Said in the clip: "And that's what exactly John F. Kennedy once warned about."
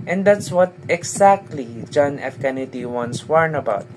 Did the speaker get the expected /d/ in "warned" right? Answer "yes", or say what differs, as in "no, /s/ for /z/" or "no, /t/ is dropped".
no, /d/ is dropped